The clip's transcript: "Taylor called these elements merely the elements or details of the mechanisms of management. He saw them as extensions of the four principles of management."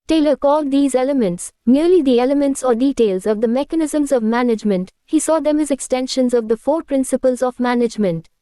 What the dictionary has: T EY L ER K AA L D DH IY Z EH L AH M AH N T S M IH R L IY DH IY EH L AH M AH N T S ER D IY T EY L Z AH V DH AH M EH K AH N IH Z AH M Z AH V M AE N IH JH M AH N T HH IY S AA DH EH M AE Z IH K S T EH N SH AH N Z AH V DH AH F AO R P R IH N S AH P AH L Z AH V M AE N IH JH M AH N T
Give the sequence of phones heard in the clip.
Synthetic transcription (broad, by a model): T EY L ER K AA L D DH IY Z EH L AH M AH N T S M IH R L IY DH IY EH L AH M AH N T S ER D IY T EY L Z AH V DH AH M EH K AH N IH Z AH M Z AH V M AE N IH JH M AH N T HH IY S AA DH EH M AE Z IH K S T EH N SH AH N Z AH V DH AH F AO R P R IH N S AH P AH L Z AH V M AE N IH JH M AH N T